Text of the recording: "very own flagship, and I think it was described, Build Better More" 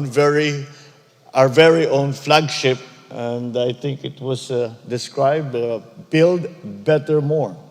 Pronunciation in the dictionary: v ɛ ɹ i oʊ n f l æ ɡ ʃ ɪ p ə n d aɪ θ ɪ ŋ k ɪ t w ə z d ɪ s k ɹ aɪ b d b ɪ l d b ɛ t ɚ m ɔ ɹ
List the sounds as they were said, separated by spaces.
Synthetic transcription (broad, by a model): v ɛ ɹ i oʊ n f l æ ɡ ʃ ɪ p ə n d aɪ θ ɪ ŋ k ɪ t w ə s d ɪ s k ɹ aɪ b d b ɪ l d b ɛ t ɚ m ɔ ɹ